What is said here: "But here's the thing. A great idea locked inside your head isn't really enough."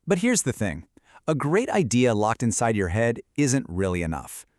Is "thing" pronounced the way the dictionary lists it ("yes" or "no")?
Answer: yes